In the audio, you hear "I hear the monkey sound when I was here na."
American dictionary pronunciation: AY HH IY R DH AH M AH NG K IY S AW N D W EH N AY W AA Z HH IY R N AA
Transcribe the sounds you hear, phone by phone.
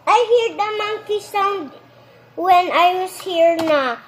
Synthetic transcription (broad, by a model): AY HH IY R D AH M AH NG K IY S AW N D W EH N AY W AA S HH IY R N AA